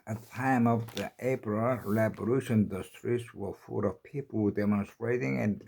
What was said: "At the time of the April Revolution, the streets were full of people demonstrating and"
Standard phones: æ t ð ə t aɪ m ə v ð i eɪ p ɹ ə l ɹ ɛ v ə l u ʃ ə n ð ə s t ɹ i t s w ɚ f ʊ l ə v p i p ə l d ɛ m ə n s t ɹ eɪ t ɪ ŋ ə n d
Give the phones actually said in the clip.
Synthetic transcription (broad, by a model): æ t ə t aɪ m ə v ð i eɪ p ɹ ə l l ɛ b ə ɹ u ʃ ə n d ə s t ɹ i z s w ɚ f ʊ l ə v p i p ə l d ɛ m ə n s t ɹ eɪ t ɪ ŋ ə n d